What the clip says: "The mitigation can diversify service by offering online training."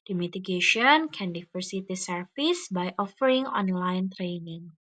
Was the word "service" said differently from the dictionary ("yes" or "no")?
yes